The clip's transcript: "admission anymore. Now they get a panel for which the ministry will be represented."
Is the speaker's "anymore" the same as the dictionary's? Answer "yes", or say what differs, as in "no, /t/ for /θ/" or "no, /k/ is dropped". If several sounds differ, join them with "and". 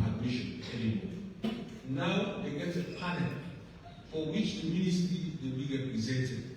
no, /n/ is dropped